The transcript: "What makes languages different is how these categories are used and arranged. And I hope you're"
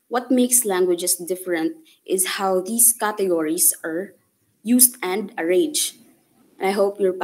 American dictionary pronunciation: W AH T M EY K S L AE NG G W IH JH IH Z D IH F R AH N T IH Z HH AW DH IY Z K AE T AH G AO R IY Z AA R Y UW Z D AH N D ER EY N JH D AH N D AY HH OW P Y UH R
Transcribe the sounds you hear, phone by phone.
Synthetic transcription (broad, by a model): W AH T M EY K S L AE NG G W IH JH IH S D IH F R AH N T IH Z HH AW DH IY S K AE T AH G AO R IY S AA R Y UW S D AH N D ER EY JH AH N AY HH OW P Y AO R